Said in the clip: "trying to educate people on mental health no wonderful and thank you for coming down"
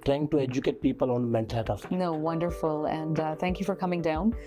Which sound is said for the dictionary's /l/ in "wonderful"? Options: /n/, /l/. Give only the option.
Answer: /l/